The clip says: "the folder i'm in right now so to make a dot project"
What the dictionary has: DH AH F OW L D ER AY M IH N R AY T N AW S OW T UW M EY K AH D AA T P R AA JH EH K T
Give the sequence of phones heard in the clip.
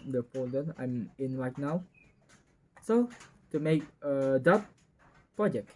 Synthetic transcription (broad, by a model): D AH P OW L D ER AY M IH N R AY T N AW S OW T UW M EY K AH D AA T P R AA JH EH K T